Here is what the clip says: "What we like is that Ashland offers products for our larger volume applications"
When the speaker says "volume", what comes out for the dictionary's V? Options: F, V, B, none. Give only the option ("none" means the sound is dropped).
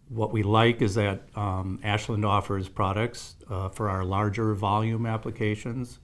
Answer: V